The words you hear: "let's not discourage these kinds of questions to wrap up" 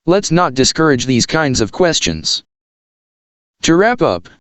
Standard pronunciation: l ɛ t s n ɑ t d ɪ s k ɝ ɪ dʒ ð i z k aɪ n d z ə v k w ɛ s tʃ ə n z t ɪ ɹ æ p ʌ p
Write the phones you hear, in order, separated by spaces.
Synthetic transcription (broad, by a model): l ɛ t s n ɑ t d ɪ s k ɝ ɪ dʒ ð i z k aɪ n d z ə v k w ɛ s tʃ ə n z t ɪ ɹ æ p ʌ p